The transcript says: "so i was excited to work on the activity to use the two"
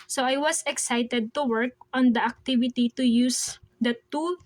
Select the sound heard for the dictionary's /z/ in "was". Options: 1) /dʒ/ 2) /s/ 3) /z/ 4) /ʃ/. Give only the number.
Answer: 2